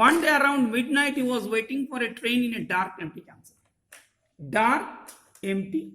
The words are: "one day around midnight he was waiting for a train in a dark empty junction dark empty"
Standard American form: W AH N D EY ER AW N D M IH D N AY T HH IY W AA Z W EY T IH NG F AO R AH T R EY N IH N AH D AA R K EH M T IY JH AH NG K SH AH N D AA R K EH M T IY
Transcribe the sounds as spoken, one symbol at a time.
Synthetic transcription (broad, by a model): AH N D EY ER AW N D M IH D N AY T HH IY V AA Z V EY T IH NG F AO R AH T R EY N IH N AH D AA R K EH M T IY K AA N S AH L D AA R K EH M T IY